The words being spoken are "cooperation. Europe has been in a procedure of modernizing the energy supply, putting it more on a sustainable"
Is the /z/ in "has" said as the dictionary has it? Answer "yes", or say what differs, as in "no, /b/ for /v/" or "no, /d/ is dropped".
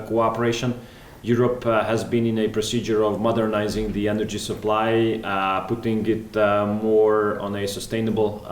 yes